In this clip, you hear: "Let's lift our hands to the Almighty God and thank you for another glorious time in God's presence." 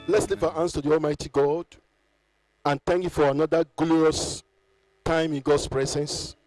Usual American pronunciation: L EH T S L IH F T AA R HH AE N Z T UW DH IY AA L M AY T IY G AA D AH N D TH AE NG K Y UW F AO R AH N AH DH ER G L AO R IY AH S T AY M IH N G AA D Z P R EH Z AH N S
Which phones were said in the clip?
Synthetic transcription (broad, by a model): L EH T S L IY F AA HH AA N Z T UW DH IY AA L M AY T IY G AA D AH N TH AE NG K Y UW F AO R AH N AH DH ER G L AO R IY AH S T AY M IH N G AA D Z P R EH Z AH N S